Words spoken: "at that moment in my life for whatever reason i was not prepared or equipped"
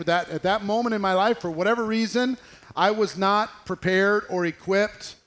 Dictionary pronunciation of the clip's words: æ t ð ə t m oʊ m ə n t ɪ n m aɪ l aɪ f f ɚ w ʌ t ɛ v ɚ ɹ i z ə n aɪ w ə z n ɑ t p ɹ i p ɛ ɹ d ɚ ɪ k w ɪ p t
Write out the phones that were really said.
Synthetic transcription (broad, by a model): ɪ t ð ə t m oʊ m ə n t ɪ n m aɪ l aɪ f f ɚ w ʌ t ɛ v ɚ ɹ i z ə n aɪ w ə z n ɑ t p ɹ i p ɛ ɹ d ɚ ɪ k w ɪ p t